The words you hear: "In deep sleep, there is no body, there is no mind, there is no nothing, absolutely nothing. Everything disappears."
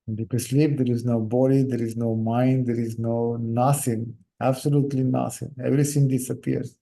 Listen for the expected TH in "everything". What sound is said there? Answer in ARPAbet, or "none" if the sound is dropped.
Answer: S